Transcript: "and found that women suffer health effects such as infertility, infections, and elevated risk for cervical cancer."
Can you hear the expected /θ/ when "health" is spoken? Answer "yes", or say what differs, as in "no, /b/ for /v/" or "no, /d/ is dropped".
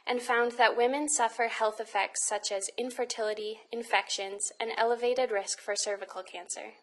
yes